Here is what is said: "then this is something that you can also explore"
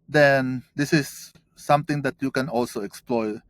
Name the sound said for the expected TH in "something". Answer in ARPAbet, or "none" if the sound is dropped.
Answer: T